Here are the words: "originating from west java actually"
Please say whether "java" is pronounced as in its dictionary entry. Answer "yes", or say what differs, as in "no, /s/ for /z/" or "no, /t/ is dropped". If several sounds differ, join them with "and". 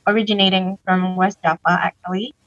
no, /p/ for /v/